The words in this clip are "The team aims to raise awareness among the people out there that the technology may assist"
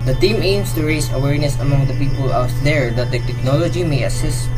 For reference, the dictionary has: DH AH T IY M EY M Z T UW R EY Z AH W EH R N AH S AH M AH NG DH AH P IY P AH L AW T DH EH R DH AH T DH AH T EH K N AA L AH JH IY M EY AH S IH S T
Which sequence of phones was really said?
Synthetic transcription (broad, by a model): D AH T IY M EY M S T UW R EY S AH W EH R N AH S AH M AH NG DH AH P IY P AH L AW T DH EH R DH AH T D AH T EH K N AA L AH JH IY M EY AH S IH S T